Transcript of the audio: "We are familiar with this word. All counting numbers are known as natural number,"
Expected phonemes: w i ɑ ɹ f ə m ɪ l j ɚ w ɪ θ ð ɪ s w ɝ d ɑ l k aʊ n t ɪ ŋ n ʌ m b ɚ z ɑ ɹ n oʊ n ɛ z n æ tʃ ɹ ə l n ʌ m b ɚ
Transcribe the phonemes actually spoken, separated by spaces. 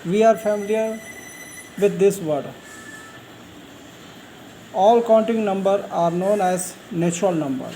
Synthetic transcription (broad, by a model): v i ɑ ɹ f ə m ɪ l j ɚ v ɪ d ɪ s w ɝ d ɑ l k aʊ n t ɪ ŋ n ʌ m b ɚ ɑ ɹ n oʊ n ɛ z n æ tʃ ɹ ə l n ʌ m b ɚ